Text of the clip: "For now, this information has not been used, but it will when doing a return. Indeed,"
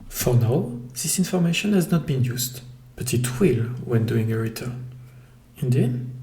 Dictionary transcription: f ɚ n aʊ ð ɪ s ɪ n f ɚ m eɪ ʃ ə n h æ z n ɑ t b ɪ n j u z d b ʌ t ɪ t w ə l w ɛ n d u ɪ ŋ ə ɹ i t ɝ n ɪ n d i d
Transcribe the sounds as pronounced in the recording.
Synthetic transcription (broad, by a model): f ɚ n aʊ ð ɪ s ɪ n f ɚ m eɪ ʃ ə n h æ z n ɑ t b ɪ n j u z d b ʌ t ɪ t w ə l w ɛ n d u ɪ ŋ ə ɹ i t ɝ ɪ n d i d